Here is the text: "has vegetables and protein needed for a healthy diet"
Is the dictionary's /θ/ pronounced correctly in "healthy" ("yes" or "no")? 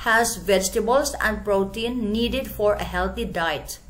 no